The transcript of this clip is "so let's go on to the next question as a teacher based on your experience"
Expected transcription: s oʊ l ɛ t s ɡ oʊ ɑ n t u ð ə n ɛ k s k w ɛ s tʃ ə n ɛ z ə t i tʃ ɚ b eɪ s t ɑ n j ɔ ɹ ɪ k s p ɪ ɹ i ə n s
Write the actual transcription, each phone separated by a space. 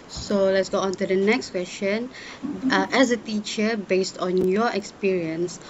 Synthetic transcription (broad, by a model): s oʊ l ɛ t s ɡ oʊ ɑ n t u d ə n ɛ k s k w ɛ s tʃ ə n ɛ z ə t i tʃ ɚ b eɪ s t ɑ n j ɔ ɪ k s p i ɹ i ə n s